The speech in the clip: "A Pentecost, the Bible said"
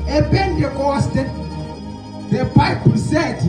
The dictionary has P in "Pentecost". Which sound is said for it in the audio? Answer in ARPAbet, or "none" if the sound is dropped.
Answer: B